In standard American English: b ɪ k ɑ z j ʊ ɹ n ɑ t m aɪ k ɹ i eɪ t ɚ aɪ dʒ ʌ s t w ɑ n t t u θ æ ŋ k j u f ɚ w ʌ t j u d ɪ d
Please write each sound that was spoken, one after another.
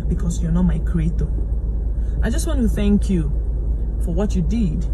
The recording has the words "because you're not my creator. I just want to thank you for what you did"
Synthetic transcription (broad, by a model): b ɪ k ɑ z j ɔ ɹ n ɑ t m aɪ k ɹ i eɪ t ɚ aɪ dʒ ʌ s t w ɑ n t t u θ æ ŋ k j u f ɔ w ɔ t j u d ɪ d